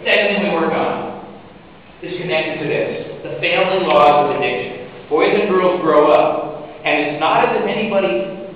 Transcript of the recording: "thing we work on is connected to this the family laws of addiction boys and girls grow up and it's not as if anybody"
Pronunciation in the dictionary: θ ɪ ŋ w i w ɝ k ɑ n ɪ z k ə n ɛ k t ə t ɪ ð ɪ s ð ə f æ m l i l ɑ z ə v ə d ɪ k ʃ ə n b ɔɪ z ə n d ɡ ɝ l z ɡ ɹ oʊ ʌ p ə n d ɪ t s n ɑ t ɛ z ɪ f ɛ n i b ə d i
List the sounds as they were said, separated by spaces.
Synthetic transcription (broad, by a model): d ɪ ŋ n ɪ w ɝ k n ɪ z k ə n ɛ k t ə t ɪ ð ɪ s ð ə f æ m l i l ɑ z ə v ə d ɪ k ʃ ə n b ɔɪ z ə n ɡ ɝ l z ɡ ɹ oʊ ʌ p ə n ɪ t s n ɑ t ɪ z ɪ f ɛ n i b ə d i